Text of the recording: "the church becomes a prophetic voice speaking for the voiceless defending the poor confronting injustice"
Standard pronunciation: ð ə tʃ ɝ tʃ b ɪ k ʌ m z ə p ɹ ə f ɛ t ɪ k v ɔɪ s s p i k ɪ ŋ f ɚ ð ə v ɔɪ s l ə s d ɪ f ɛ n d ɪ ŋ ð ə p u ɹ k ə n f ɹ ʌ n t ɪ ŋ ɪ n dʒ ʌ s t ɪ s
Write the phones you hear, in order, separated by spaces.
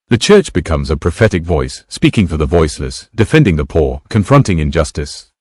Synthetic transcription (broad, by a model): ð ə tʃ ɝ tʃ b ɪ k ʌ m z ə p ɹ ə f ɛ t ɪ k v ɔɪ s s p i k ɪ ŋ f ɚ ð ə v ɔɪ s l ə s d ɪ f ɛ n d ɪ ŋ ð ə p u ɹ k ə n f ɹ ʌ n t ɪ ŋ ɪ n dʒ ʌ s t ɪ s